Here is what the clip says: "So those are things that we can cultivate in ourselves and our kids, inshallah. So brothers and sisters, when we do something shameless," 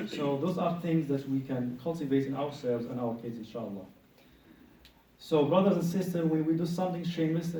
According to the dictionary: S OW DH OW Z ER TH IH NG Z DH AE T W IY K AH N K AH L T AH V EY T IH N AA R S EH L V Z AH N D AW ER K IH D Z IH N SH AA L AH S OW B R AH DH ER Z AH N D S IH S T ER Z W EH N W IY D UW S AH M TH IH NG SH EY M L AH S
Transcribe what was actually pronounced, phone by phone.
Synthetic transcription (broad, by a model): S OW DH OW Z ER TH IH NG Z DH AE T W IY K AH N K AH L T AH V EY T IH N AA R S EH L V Z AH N AW ER K IH D Z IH N SH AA L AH S OW B R AH DH ER Z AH N S IH S T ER W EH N W IY D UW S AH M TH IH NG SH EY M L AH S